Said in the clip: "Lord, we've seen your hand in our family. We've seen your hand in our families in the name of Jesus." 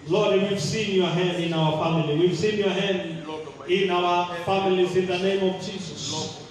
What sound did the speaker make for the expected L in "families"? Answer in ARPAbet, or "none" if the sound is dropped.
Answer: L